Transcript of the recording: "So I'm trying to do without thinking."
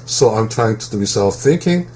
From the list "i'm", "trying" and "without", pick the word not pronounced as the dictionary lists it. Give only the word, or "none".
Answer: without